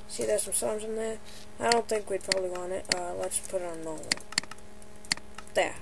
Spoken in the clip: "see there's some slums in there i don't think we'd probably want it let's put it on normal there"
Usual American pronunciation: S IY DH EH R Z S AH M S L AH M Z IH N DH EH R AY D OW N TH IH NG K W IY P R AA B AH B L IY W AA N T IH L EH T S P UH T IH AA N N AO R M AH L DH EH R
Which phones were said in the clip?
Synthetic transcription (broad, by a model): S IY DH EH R S AH M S AH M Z IH N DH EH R AY D OW N TH IH NG K W IY P R AA B AH B L IY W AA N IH IH L EH T S P UH T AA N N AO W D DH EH